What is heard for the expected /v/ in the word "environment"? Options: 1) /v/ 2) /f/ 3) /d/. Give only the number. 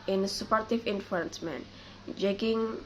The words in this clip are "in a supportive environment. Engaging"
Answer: 2